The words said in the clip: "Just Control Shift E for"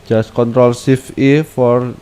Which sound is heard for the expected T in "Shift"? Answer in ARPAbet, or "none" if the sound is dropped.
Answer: none